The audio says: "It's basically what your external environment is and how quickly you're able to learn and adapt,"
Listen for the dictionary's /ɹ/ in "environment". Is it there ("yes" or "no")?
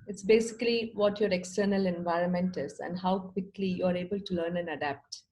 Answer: yes